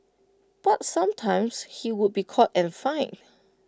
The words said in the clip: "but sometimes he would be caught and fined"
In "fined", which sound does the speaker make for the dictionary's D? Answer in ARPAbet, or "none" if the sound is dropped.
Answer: none